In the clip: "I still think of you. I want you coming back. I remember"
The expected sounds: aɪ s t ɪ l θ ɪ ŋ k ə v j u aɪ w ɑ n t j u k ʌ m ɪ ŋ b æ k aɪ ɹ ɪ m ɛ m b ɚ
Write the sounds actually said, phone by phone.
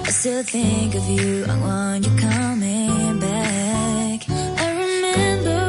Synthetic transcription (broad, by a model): aɪ s t ɪ l θ ɪ ŋ k ə v j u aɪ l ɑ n j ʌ k ʌ m ɪ ŋ b æ k aɪ ɹ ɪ m ɛ m b ɚ